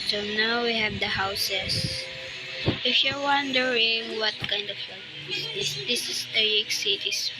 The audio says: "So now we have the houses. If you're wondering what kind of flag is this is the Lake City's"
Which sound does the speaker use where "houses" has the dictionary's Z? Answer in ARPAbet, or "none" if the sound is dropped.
S